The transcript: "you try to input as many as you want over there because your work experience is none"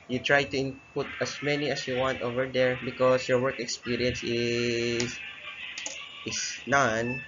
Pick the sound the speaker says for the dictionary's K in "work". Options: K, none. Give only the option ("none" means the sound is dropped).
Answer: K